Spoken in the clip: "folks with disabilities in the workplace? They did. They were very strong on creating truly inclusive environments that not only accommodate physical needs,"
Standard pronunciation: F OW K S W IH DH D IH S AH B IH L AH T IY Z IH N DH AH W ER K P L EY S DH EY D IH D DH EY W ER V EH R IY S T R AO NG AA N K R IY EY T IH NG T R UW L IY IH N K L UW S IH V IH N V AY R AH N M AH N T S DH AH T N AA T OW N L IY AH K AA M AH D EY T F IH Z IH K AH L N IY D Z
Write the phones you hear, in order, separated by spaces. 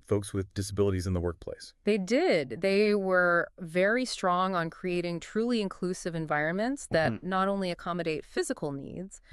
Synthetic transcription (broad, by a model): F OW K S W IH DH D IH S AH B IH L AH T IY Z IH N DH AH W ER K P L EY S DH EY D IH D DH EY W ER V EH R IY S T R AO NG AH N K R IY EY T IH NG T R UW L IY IH N K L UW S IH V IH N V AY R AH N M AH N T S DH AH T N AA T OW N L IY AH K AA M AH D EY T F IH Z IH K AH L N IY D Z